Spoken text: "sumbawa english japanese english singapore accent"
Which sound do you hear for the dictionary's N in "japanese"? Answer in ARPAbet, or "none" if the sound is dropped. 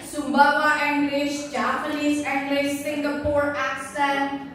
L